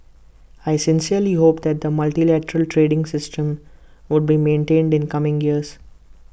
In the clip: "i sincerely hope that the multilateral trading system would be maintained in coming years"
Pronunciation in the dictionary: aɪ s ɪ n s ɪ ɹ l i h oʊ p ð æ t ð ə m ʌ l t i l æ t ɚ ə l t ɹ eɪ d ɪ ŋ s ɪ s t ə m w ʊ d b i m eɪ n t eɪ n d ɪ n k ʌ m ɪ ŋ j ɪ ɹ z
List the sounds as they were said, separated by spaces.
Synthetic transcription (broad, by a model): aɪ s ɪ n s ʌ ɹ l i h oʊ p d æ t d ə m ʌ l t i l æ t ɚ ə l t ɹ eɪ d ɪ ŋ s ɪ s t ə m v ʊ d b i m eɪ n t eɪ n d ɪ n k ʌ m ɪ ŋ j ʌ ɹ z